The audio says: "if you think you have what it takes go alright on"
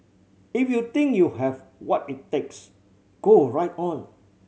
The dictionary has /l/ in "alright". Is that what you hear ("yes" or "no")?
no